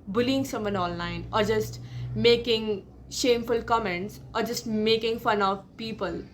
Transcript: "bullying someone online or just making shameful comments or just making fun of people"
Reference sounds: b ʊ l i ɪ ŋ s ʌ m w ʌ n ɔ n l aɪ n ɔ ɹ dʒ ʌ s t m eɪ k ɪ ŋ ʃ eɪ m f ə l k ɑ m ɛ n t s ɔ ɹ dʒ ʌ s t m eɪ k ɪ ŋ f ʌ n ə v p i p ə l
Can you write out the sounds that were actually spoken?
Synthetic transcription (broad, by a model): b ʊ l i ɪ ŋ s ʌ m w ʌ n ɔ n l aɪ n ɔ ɹ dʒ ʌ s t m eɪ k ɪ ŋ ʃ eɪ m f ə l k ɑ m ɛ n t s ɔ ɹ dʒ ʌ s t m eɪ k ɪ ŋ f ʌ n ə v p i p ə l